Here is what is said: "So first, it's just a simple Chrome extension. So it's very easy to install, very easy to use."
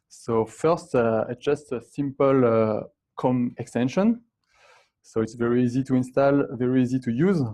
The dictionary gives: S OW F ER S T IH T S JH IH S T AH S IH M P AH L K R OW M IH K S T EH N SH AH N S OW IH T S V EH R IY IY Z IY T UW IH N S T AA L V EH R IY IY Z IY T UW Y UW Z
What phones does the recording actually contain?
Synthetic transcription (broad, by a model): S OW F ER S T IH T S JH IH S T AH S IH M P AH L K OW M IH K S T EH N SH AH N S OW IH T S V EH R IY IY Z IY T UW IH N S T AA L V EH R IY IY Z IY T UW Y UW Z